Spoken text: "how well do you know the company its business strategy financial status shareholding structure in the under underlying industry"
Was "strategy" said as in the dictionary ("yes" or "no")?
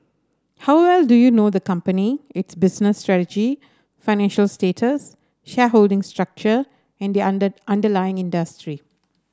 yes